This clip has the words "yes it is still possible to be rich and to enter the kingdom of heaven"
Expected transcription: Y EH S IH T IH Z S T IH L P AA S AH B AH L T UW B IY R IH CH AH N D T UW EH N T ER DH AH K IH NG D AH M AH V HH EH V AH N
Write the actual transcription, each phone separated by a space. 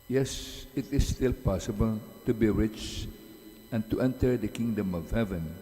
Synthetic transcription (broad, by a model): Y EH S IH T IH S T IH L P AA S AH B AH L T UW B IY R IH CH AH N T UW EH N T ER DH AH K IH NG D AH M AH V HH EH V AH N